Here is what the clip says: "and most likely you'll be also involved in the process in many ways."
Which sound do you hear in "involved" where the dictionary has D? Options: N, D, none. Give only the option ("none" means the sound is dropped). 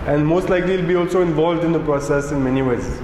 D